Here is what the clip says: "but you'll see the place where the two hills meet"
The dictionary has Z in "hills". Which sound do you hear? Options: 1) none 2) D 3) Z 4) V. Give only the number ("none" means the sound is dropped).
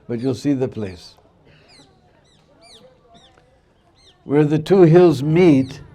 3